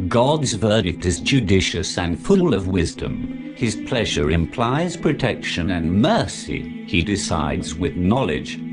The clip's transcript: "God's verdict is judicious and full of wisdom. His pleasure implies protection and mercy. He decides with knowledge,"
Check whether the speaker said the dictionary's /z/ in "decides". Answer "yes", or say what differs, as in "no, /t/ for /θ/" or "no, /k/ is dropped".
yes